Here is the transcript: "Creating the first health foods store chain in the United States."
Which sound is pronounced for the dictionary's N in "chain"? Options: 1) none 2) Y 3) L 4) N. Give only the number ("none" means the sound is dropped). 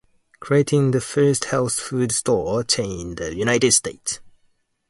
1